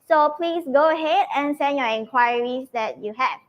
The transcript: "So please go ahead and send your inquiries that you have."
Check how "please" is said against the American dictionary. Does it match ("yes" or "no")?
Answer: no